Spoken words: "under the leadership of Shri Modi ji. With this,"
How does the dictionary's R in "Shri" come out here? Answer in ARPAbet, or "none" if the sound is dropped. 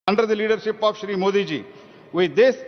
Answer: R